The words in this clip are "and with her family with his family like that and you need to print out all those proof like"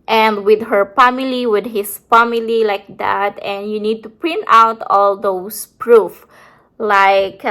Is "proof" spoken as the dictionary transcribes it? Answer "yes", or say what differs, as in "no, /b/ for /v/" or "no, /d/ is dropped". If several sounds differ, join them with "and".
yes